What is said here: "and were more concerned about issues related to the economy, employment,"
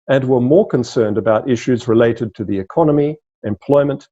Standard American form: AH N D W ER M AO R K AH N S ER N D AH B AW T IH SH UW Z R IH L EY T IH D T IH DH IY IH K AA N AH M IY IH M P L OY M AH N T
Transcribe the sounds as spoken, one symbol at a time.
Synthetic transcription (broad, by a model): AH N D W ER M AO R K AH N S ER N D AH B AW T IH SH UW Z R IH L EY T IH D T IH DH IY IH K AA N AH M IY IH M P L OY M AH N T